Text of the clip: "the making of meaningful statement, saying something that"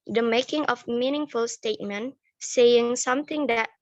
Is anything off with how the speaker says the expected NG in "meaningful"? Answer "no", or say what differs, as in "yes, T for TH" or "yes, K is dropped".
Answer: no